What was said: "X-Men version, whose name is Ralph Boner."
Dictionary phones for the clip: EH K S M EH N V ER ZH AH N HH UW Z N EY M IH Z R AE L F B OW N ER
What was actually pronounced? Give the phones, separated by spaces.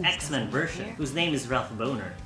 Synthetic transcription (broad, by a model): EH K S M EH N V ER SH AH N HH UW Z N EY M IH Z R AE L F B OW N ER